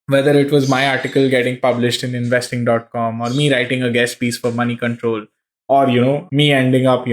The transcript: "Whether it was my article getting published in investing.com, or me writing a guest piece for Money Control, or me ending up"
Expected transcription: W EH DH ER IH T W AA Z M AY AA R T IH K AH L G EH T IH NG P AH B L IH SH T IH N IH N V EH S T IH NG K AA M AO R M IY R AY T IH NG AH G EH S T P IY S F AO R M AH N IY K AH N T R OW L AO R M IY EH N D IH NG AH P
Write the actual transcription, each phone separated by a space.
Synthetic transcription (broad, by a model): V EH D ER IH T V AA Z M AY AA R T IH K AH L G EH T IH NG P AH B L IH SH T IH N IH N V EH S T IH NG K AA M AO R M IY R AY T IH NG AH G EH S T P IY S F AO R M AH N IY K AH N T R OW L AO R M IY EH N D IH NG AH P